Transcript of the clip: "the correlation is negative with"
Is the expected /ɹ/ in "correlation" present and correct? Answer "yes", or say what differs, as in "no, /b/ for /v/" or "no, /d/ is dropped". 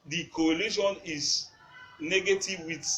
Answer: no, /ɹ/ is dropped